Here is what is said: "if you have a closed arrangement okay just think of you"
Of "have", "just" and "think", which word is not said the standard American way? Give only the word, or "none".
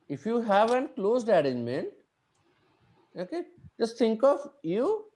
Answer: think